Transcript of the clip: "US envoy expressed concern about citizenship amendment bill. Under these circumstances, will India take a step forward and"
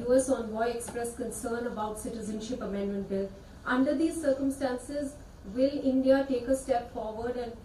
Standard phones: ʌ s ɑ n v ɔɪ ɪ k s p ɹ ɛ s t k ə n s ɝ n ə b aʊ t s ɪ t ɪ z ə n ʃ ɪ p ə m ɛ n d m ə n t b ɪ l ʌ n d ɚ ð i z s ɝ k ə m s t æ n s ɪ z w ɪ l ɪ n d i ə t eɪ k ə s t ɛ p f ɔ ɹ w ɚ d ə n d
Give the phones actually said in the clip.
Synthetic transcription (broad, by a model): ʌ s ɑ n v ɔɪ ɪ k s p ɹ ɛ s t k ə n s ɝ n ə b aʊ t s ɪ t ɪ z ə n ʃ ɪ p ə m ɛ n d m ə n t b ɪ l ʌ n d ɚ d i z s ɝ k ə m s t æ n s ɪ z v ɪ l ɪ n d i ə t eɪ k ə s t ɛ p f ɔ ɹ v ɚ d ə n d